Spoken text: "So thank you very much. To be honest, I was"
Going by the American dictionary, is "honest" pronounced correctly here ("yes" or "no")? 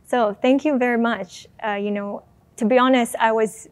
yes